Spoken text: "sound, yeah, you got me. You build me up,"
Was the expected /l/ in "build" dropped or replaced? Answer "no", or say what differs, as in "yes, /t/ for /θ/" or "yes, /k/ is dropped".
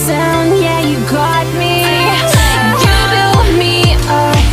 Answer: yes, /l/ is dropped